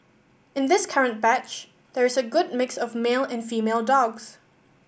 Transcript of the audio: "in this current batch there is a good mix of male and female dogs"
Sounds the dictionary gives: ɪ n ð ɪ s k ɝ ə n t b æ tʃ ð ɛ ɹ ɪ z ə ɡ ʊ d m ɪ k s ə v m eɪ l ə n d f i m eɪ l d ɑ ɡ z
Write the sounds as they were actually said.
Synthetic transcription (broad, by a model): ɪ n ð ɪ s k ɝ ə n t b æ tʃ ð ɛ ɹ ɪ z ə ɡ ʊ d m ɪ k s ə v m eɪ l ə n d f i m eɪ l d ɑ ɡ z